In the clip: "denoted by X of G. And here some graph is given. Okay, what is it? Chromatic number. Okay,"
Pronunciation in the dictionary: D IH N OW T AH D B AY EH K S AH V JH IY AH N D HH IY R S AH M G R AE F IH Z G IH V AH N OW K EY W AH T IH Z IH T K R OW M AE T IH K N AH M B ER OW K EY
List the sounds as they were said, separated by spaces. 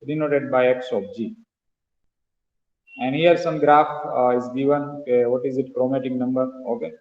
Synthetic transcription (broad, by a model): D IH N OW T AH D B AY EH K S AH P JH IY AH N D HH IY R S AH M G R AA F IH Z G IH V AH N OW K EY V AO T IH Z IH T K R OW M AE T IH K N AH M B ER OW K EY